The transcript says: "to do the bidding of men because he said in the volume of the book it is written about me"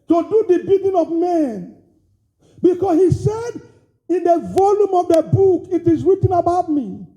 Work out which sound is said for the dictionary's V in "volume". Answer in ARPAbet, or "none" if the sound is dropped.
V